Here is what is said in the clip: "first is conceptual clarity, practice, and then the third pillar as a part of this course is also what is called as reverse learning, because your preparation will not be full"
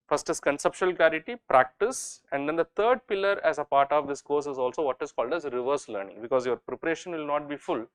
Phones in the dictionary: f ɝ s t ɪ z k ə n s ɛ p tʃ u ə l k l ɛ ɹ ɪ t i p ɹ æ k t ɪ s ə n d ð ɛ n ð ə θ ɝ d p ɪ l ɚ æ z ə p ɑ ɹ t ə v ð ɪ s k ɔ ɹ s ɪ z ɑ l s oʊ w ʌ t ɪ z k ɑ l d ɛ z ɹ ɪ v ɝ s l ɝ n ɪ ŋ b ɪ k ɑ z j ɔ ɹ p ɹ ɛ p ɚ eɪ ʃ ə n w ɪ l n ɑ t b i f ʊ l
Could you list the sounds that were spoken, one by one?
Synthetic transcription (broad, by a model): f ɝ s t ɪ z k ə n s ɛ p ʃ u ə l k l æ ɹ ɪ t i p ɹ æ k t ɪ s ə n d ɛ n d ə t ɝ d p ɪ l ɚ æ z ə p ɑ ɹ t ə v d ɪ s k ɔ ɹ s ɪ z ɑ l s oʊ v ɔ t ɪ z k ɑ l d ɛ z ɹ ɪ v ɝ s l ɝ n ɪ ŋ b ɪ k ɑ z j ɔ ɹ p ɹ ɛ p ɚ eɪ ʃ ə n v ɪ l n ɑ t b i f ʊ l